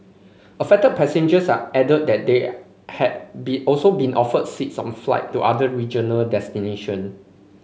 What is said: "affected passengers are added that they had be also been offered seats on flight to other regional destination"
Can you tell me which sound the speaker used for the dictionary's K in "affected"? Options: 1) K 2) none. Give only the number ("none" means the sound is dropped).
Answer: 2